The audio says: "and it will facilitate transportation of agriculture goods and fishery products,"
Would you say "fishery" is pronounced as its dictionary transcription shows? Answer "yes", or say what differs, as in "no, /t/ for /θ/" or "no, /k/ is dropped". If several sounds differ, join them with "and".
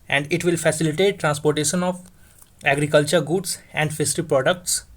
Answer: no, /s/ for /ʃ/